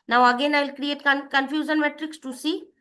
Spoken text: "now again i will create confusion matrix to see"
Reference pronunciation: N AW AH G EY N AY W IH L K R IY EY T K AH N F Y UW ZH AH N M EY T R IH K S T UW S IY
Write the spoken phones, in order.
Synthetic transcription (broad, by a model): N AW AH G EY N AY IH L K R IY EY T K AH N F Y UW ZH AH N M EY T R IH K S T UW S IY